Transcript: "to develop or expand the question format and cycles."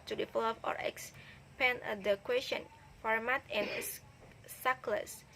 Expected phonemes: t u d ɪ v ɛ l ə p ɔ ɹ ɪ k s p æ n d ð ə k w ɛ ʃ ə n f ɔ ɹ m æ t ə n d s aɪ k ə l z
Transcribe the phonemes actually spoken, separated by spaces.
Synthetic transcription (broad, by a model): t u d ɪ f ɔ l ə f ɔ ɹ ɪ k s p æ n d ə k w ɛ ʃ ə n f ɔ ɹ m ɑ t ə n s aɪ k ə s